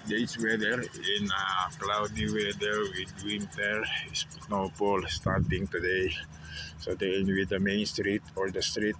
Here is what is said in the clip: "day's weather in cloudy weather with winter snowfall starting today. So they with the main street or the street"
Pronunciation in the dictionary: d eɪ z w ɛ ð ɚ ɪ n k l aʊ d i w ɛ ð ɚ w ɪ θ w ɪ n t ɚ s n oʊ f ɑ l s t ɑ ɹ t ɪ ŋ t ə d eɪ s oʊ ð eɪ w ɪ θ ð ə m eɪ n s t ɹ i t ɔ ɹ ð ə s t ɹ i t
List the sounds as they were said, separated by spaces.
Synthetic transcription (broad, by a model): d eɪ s w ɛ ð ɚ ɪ n k l aʊ d i w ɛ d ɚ w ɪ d w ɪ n t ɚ s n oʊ p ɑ l s t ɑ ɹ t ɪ ŋ t ə d eɪ s oʊ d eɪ w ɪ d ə m eɪ n s t ɹ i t ɔ ɹ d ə s t ɹ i t